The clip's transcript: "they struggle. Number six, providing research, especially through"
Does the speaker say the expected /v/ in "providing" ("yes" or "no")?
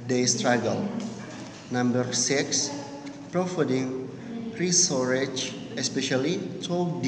no